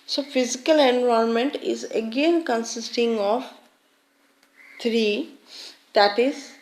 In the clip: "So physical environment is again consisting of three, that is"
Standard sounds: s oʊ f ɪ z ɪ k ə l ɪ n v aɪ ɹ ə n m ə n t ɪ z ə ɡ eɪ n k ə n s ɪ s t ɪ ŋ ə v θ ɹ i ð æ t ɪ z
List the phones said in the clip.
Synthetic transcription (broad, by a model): s oʊ f ɪ z ɪ k ə l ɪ n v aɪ ə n m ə n t ɪ z ə ɡ eɪ n k ə n s ɪ s t ɪ ŋ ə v t ɹ i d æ t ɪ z